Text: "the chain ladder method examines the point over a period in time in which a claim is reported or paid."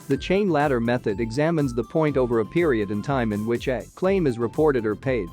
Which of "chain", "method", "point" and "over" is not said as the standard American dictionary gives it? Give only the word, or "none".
none